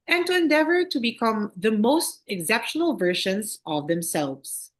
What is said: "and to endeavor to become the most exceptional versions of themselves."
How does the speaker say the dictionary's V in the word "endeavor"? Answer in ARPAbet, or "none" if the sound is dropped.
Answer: V